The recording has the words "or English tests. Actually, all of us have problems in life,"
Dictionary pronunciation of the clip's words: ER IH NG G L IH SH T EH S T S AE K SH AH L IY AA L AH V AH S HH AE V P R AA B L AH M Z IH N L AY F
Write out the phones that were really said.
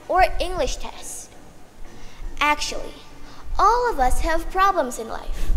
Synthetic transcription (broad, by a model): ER IH NG G L IH SH T EH S T AE K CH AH L IY AA L AH V AH S HH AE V P R AA B L AH M Z IH N L AY F